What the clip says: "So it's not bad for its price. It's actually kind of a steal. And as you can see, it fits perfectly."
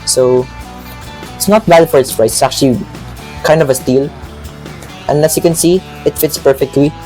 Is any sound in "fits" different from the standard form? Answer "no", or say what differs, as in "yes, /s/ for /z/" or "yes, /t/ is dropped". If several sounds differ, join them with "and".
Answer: no